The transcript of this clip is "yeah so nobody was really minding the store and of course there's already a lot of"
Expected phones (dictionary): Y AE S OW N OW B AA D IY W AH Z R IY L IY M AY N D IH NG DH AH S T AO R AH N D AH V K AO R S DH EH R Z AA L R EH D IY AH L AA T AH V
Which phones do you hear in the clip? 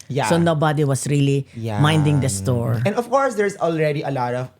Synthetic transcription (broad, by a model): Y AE S OW N OW B AA D IY W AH S R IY L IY M AY N D IH NG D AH S T AO R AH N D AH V K AO R S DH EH R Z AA L R EH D IY AH L AA T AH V